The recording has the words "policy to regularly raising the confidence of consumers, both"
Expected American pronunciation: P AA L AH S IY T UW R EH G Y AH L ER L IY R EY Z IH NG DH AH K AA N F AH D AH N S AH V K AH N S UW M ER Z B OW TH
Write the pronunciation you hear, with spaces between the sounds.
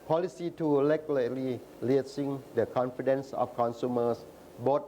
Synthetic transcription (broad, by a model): P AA L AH S IY T UW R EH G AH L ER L IY L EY S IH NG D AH K AA N F AH D AH N S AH F K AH N S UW M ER S B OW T